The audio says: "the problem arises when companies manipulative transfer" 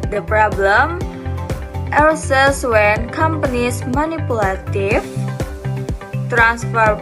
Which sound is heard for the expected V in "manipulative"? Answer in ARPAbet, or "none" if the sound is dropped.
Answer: F